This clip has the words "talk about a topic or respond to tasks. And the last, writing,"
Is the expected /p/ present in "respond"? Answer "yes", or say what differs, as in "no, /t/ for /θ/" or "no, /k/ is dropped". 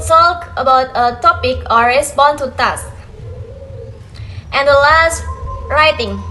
no, /b/ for /p/